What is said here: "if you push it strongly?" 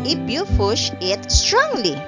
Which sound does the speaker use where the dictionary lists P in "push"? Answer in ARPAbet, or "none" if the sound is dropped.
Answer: F